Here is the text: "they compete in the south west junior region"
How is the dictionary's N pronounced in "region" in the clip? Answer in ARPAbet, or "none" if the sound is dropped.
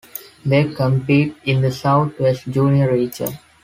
none